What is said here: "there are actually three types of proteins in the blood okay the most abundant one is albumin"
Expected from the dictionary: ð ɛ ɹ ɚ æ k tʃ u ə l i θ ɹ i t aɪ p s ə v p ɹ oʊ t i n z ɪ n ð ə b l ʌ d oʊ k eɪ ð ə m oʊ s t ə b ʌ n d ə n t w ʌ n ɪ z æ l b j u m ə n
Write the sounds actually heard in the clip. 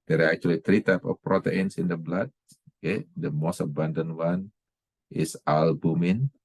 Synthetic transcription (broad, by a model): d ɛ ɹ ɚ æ k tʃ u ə l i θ ɹ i t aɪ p ə f p ɹ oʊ t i n s ɪ n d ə b l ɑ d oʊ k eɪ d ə m oʊ s t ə b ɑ n d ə n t w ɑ n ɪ s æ l b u m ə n